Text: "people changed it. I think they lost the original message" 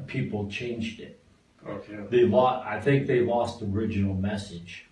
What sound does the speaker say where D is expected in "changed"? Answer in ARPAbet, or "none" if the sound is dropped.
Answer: D